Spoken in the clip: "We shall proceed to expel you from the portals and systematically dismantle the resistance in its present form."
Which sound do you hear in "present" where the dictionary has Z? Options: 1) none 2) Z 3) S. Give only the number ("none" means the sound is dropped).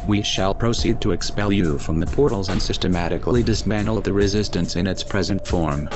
2